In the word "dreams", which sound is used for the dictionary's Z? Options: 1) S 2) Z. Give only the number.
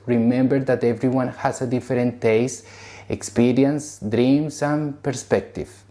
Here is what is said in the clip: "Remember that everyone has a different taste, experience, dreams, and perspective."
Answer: 1